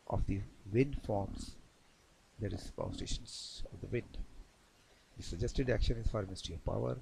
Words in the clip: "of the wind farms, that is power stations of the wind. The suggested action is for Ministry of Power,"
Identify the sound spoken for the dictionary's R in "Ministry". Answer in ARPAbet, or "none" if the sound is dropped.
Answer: none